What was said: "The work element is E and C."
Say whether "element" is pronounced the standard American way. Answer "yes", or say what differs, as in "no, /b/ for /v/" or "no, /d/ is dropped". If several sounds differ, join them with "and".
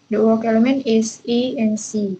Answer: no, /t/ is dropped